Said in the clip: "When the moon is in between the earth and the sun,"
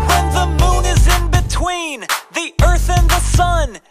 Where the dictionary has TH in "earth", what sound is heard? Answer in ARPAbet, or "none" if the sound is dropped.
TH